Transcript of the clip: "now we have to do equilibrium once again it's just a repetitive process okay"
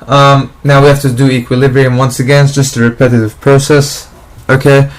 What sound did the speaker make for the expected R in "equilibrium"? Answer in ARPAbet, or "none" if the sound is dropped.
R